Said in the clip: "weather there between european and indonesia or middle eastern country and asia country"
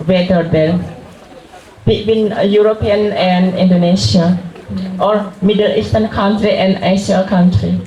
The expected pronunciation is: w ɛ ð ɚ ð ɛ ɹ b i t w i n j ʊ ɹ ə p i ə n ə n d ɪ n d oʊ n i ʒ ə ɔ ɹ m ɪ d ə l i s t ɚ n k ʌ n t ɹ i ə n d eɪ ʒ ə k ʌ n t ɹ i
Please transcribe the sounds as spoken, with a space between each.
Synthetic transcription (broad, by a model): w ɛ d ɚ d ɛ l b i t w i n j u ɹ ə p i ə n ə n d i n d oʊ n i s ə ɔ ɹ m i d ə l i s t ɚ n k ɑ n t ɹ i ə n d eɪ s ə k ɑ n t ɹ i